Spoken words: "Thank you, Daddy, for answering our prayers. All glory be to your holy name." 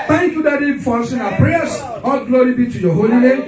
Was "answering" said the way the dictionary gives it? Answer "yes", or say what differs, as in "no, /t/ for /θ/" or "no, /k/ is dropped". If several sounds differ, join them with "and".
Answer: no, /n/ is dropped